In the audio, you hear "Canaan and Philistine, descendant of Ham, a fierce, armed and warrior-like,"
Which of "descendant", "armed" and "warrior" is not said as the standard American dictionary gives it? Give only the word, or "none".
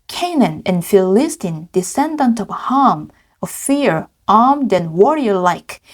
none